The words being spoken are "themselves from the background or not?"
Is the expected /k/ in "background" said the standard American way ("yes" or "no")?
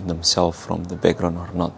no